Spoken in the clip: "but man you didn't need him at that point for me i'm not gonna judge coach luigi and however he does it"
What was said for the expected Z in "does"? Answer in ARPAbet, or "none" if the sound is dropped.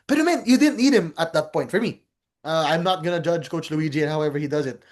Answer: Z